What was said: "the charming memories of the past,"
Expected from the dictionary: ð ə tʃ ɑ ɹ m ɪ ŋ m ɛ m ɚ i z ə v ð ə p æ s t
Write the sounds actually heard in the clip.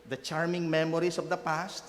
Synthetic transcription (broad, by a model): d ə tʃ ɑ ɹ m ɪ ŋ m ɛ m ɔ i s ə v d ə p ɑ s t